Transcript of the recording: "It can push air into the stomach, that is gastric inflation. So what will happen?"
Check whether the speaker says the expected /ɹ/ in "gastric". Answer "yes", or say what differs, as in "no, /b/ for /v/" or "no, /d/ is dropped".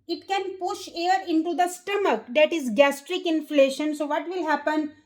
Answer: yes